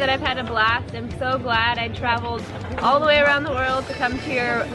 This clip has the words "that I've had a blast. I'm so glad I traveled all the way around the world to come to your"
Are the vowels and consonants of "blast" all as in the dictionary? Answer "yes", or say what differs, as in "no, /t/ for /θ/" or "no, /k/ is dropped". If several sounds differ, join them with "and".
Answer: yes